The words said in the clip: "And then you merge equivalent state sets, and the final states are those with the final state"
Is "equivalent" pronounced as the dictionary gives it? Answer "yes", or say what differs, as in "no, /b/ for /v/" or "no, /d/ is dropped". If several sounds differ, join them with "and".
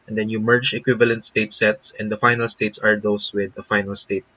yes